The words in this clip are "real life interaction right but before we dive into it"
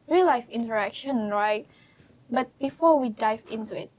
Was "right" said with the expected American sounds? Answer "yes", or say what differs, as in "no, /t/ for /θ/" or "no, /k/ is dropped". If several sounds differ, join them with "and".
yes